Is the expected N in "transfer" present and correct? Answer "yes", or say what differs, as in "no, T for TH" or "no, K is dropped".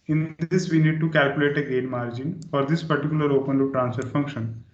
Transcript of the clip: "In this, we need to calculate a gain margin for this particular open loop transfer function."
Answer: yes